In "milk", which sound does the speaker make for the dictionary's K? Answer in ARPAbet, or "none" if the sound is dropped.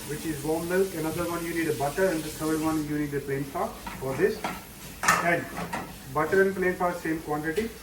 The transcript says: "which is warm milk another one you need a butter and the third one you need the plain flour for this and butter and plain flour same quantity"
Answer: none